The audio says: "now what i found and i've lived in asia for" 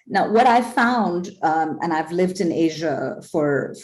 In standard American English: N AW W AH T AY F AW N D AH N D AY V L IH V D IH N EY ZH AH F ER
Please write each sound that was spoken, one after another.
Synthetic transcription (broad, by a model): N AW W AH T AY F AW N D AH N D AY V L IH V D IH N EY ZH AH F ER